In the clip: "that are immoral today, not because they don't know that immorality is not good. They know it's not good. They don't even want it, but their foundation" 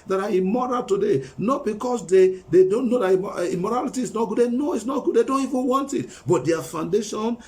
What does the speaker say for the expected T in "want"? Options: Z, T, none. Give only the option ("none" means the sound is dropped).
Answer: T